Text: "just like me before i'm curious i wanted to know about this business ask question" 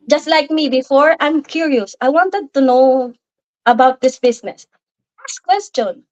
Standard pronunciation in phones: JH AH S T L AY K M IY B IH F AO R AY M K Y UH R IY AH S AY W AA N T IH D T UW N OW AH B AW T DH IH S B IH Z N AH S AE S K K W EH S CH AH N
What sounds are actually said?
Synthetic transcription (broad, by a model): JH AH S T L AY K M IY B IH F AO R AY M K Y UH R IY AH S AY W AA N T IH D T UW N OW AH B AW T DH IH S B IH S N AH S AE S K K W EH S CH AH N